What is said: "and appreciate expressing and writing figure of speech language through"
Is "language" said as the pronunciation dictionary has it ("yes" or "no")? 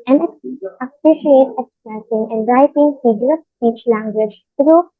yes